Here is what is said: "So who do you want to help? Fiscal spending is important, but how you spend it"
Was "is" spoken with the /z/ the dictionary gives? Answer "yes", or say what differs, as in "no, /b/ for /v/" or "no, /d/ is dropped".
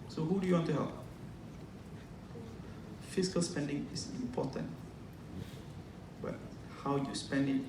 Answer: no, /s/ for /z/